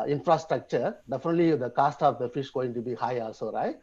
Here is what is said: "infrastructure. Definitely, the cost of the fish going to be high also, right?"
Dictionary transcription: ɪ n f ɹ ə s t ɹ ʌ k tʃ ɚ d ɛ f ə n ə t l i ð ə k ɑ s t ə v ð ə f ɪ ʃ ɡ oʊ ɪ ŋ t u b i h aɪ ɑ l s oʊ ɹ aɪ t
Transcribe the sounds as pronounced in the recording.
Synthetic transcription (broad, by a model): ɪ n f ɹ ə s t ɹ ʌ k tʃ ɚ d ɛ f ə n ə t l i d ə k ɑ s t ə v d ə f ɪ ʃ ɡ oʊ ɪ ŋ t u b i h aɪ ɑ l s oʊ ɹ aɪ t